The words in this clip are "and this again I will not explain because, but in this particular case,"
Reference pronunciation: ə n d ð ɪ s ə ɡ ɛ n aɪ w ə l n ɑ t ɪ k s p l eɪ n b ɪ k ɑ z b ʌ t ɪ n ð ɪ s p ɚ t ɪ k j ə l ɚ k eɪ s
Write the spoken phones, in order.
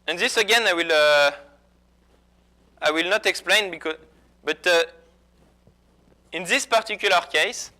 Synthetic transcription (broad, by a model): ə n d ð ɪ s ə ɡ ɛ n aɪ w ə l n ɑ t ɪ k s p l eɪ n b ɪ k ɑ b ʌ t ɪ n ð ɪ s p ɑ t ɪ k j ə l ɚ k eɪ s